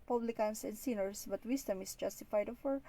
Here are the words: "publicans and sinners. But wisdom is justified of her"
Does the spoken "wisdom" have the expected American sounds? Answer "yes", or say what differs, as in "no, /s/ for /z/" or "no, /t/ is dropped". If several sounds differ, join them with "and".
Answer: no, /s/ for /z/